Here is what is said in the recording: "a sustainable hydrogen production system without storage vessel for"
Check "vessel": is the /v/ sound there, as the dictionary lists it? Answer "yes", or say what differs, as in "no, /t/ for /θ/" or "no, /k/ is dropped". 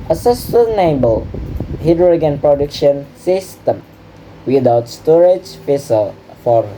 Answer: no, /f/ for /v/